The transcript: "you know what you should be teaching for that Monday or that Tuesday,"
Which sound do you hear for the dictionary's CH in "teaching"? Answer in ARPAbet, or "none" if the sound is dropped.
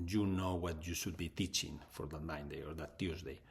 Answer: CH